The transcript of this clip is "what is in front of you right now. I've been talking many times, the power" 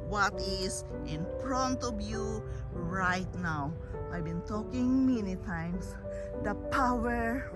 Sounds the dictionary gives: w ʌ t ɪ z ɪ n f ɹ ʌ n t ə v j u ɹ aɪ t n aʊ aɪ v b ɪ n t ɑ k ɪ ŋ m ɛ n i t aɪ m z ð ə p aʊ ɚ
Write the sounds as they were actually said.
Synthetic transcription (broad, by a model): w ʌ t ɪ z ɪ n p ɹ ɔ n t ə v j u ɹ aɪ t n aʊ aɪ b ɪ n t ɑ k ɪ ŋ m ɛ n i t aɪ m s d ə p aʊ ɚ